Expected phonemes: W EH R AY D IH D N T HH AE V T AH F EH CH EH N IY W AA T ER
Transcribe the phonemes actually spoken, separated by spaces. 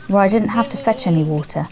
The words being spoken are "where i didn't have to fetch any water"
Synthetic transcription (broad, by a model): W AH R AY D IH D N T HH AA F T AH F EH CH EH N IY W AA T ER